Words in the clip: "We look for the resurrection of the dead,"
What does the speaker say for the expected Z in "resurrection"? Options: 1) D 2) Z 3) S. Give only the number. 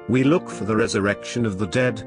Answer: 2